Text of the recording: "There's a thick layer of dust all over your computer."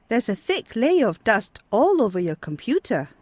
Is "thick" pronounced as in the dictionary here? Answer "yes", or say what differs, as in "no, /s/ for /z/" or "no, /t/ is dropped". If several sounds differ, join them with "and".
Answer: yes